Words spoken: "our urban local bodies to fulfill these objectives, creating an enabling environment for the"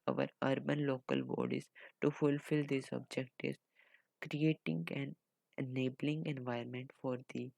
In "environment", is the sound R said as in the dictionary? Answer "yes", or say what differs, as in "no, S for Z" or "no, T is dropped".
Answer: no, R is dropped